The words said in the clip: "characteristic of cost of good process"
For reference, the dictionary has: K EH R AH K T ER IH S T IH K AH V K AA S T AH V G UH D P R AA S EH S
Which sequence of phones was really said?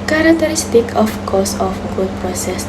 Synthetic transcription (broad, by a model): K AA R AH K T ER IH S T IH K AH F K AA S AH F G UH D P R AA S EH S